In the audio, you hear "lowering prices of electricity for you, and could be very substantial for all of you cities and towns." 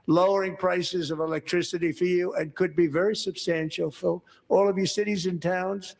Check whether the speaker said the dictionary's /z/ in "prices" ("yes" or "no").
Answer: yes